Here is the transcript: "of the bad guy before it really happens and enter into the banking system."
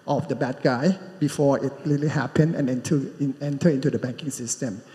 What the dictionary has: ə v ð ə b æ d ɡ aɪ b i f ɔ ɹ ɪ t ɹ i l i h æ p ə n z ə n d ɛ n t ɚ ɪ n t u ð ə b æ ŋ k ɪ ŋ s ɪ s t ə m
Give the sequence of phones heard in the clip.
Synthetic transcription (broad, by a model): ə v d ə b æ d ɡ aɪ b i f ɔ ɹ ɪ t l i l i h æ p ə n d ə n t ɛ n t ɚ ɪ n t u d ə b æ ŋ k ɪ ŋ s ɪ s t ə m